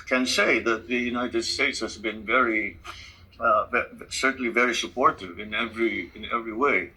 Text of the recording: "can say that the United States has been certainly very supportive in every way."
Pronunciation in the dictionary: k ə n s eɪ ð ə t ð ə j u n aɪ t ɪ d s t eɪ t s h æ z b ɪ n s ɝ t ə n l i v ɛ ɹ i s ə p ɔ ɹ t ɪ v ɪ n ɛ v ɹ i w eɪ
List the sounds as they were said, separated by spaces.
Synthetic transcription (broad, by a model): k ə n s eɪ ð ə t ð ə j u n aɪ t ɪ d s t eɪ t s h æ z b ɪ n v ɝ s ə n l i v ɛ ɹ i s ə p ɔ ɹ t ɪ v ɪ n ɛ v ɹ i w eɪ